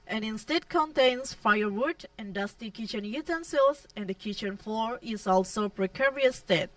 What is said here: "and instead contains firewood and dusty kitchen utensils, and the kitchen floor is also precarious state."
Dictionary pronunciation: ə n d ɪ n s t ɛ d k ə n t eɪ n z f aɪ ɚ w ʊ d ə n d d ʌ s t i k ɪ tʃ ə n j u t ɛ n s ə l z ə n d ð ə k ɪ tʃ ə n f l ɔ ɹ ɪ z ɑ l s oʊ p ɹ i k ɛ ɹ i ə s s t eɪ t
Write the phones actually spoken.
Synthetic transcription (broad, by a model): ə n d ɪ n s t ɛ d k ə n t eɪ n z f aɪ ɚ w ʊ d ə n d d ʌ s t i k ɪ tʃ ə n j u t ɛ n s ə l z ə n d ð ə k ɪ tʃ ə n f l ɔ ɹ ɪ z ɑ l s oʊ p ɹ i k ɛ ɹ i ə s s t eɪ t